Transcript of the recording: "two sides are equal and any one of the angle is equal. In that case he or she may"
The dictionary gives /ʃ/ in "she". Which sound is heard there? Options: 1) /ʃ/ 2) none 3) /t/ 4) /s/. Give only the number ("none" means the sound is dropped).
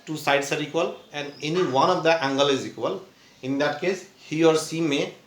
4